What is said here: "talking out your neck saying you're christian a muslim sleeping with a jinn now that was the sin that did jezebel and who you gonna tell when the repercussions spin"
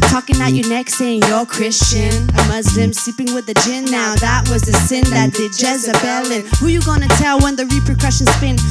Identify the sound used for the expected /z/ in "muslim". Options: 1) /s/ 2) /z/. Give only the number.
2